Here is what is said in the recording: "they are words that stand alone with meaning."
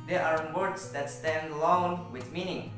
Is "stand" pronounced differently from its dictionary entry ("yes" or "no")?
no